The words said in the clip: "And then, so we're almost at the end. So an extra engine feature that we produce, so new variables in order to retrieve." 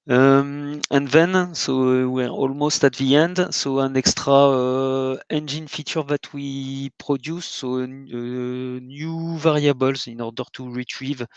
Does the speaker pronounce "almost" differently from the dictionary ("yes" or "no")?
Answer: no